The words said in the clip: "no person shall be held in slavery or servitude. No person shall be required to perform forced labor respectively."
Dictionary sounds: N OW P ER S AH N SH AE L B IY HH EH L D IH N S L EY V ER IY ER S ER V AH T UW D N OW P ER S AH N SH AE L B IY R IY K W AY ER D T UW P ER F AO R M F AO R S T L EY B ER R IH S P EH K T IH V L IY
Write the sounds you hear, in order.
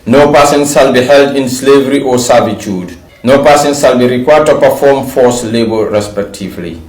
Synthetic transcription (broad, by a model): N OW P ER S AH N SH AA L B IY HH EH L D IH N S L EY V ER IY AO S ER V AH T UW D N OW P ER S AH N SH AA L B IY R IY K W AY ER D T UW P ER F AO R M F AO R S L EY B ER R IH S P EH K T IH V L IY